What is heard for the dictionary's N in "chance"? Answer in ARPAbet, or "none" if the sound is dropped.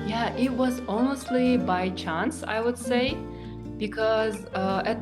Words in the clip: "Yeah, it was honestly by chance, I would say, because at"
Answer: N